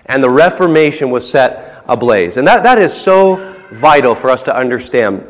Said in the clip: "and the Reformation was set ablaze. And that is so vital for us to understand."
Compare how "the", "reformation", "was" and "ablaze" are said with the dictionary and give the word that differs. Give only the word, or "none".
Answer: none